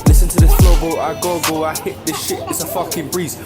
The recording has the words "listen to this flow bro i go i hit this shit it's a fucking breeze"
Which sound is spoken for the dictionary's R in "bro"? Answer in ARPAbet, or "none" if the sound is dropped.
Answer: none